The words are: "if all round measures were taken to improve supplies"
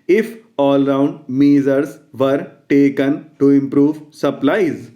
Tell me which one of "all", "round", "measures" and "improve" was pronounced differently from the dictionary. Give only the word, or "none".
measures